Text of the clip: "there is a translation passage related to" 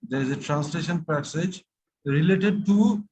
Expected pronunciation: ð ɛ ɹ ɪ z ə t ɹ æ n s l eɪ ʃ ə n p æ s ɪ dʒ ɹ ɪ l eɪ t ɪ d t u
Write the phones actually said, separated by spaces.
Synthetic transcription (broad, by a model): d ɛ ɹ ɪ z ə t ɹ æ n s l eɪ ʃ ə n p æ s ɪ dʒ ɹ ɪ l eɪ t ɪ d t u